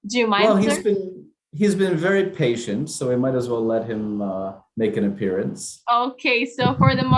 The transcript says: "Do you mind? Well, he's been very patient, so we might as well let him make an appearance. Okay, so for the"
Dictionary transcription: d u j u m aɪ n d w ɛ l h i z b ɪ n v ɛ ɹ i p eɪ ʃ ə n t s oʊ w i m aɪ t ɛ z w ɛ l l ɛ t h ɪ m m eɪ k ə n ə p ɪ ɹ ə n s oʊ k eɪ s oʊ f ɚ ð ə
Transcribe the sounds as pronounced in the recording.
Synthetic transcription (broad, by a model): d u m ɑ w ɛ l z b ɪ n h i z b ɪ n v ɛ ɹ i p eɪ ʃ ə n t s oʊ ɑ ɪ m aɪ t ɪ z w ɛ l l ɛ t h ɪ m m eɪ k ə n ə p ɪ ɹ ə n s oʊ k eɪ s oʊ f ɚ ð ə